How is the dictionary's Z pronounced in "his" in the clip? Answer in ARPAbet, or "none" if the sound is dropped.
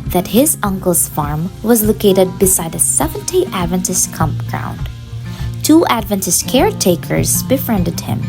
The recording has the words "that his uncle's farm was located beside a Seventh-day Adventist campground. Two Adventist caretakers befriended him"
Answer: Z